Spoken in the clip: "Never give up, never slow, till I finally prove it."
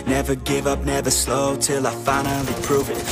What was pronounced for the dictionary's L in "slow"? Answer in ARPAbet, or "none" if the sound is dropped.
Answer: L